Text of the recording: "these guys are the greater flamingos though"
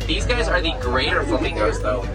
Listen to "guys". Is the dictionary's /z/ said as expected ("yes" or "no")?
yes